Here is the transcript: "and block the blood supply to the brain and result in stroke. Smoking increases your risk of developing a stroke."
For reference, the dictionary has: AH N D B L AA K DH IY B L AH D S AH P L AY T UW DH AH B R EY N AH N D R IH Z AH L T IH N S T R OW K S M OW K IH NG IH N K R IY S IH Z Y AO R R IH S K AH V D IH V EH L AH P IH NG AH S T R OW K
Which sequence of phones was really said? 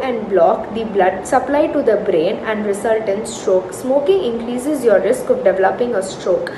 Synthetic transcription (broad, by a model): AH N D B L AA K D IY B L AH D S AH P L AY T UW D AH B R EY N AH N D R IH S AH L T IH N S T R OW K S M OW K IH NG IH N K R IY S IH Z Y AO R R IH S K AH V D IH V EH L AH P IH NG AH S T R OW K